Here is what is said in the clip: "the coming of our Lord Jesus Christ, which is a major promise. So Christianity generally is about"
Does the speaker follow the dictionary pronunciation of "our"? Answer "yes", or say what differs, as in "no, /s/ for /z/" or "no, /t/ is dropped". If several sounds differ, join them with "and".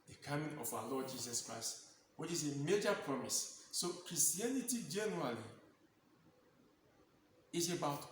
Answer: no, /w/ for /ɹ/